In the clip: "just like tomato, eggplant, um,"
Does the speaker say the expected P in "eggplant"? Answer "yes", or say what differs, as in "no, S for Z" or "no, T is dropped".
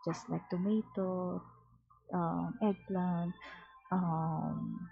no, P is dropped